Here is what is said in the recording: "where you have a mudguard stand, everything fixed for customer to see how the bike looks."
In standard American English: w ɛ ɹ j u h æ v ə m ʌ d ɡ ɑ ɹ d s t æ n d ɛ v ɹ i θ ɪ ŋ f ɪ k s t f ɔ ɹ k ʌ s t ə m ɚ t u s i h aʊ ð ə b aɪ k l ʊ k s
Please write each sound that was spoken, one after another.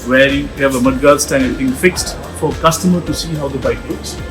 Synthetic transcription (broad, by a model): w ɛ ɹ j u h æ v ə m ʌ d ɡ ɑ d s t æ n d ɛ ɹ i t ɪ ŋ f ɪ k s t f ɔ ɹ k ʌ s t ə m ɚ t u s i h aʊ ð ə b aɪ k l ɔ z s